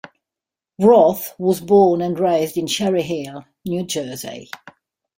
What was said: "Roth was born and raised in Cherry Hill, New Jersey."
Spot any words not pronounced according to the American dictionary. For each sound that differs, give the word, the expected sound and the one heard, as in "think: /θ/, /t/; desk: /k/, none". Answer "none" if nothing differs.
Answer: cherry: /tʃ/, /ʃ/